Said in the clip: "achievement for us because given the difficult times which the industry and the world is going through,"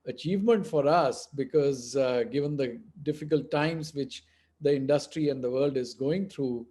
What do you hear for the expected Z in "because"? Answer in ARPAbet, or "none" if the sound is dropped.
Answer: Z